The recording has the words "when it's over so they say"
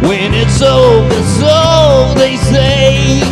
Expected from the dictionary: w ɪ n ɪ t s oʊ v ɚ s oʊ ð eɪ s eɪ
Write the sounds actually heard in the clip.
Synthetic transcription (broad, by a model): w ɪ n ɪ t s oʊ ɚ s oʊ ð eɪ s eɪ